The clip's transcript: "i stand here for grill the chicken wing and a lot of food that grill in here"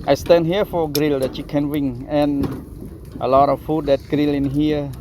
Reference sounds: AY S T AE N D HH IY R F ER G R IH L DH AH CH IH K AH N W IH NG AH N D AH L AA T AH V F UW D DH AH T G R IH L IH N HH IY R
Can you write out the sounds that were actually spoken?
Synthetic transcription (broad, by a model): AY S T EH N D HH IY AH F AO G R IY L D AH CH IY K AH N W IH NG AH N AH L AA T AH F F UW D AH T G R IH L IH N HH IY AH